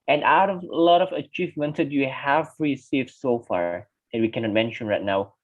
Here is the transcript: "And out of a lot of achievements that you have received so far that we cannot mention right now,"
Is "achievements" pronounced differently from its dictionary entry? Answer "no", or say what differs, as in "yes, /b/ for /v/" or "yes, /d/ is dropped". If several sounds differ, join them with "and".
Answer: no